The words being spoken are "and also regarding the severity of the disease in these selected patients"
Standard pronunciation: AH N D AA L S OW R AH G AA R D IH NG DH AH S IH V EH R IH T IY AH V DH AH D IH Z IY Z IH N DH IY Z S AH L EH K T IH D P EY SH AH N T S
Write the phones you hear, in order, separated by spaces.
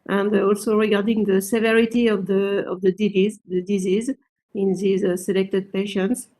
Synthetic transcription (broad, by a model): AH N D AA L S OW R AH G AA R D IH NG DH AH S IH V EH R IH T IY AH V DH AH D IH Z IY Z IH N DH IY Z S AH L EH K T IH D P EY SH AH N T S